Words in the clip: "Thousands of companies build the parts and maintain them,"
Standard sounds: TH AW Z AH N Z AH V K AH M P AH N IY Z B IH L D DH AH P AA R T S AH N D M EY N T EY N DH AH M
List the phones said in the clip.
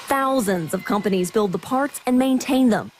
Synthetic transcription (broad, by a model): TH AW Z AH N Z AH V K AH M P AH N IY Z B IH L D DH AH P AA R T S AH N M EY N T EY N DH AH M